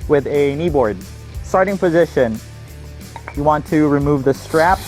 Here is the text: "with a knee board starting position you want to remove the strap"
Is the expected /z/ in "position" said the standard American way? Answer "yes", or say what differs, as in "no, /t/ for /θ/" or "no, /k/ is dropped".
yes